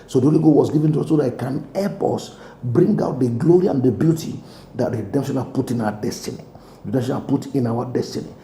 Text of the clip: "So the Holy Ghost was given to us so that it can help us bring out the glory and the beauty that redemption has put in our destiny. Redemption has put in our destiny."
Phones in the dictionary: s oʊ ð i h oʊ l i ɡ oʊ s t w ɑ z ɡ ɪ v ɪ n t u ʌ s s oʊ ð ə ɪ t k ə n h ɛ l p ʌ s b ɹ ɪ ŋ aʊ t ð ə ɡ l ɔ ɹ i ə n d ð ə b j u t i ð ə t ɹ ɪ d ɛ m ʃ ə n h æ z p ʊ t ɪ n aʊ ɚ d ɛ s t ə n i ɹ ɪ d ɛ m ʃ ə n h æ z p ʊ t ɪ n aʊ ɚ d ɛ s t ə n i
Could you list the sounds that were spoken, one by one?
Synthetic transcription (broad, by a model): s oʊ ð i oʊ l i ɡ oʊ w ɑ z ɡ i v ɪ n t u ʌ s s oʊ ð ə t k ə n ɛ p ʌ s b ɹ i ŋ aʊ t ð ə ɡ l ɔ ɹ i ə n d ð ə b j u t i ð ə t ɹ ɪ d ɛ m ʃ ə n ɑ p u t ɪ n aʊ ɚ d ɛ s t ə n i ɹ ɪ d ɛ m ʃ ə n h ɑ p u t ɪ n aʊ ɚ d ɛ s t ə n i